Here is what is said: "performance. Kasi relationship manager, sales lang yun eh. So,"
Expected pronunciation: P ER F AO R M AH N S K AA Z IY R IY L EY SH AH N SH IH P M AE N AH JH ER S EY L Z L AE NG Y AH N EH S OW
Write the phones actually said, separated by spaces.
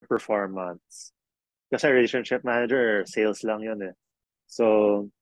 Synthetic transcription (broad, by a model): P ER F AO R M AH N S K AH S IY R IY L EY SH AH N SH IH P M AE N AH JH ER S EY L S L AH NG Y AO N EH S OW